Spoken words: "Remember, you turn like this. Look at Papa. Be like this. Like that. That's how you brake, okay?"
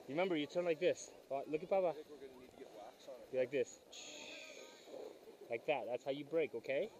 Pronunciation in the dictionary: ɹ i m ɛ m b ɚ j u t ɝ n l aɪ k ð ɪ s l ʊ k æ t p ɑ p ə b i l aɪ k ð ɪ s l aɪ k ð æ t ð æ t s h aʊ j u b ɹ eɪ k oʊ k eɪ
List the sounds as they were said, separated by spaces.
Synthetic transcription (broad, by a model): ɹ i m ɛ m b ɚ j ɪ t ɝ n l aɪ k ð ɪ s l ʊ k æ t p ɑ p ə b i l aɪ k ð ɪ s l aɪ k ð æ t ð æ t s h aʊ j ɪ b ɹ eɪ k oʊ k eɪ